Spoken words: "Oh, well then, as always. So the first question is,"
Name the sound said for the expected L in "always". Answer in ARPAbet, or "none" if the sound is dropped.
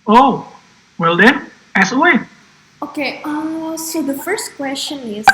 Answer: none